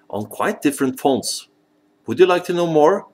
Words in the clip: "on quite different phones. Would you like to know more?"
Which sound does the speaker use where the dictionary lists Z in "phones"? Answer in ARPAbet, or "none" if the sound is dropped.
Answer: S